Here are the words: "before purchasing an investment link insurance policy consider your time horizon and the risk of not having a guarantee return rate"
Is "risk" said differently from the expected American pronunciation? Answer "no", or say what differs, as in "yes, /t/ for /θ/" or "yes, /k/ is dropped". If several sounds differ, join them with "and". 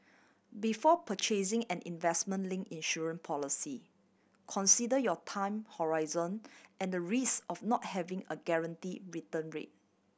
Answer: yes, /k/ is dropped